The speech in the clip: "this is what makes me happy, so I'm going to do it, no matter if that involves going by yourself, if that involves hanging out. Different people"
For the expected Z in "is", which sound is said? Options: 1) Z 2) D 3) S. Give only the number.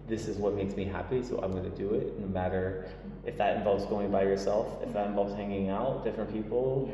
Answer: 1